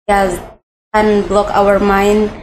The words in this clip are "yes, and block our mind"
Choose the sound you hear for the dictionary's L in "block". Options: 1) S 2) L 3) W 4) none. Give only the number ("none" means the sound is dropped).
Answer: 2